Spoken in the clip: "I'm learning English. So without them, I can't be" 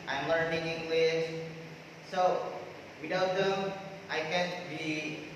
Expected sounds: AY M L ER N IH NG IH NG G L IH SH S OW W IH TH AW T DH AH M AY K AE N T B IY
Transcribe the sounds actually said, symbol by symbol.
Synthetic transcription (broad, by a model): AY M L ER N IH NG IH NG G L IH S S OW W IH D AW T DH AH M AY K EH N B IY